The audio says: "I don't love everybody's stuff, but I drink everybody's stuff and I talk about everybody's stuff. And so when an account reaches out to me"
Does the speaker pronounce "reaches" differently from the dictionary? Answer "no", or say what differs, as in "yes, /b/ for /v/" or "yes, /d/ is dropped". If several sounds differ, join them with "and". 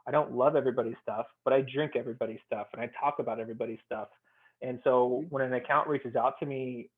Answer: no